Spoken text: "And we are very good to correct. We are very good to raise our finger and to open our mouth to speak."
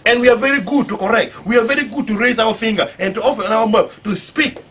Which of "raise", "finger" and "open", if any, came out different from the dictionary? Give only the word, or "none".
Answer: open